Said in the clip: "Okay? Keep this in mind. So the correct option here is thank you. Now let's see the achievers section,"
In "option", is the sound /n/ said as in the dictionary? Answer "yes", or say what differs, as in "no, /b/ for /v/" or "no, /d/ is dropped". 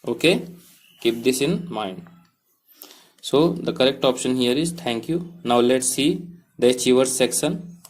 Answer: yes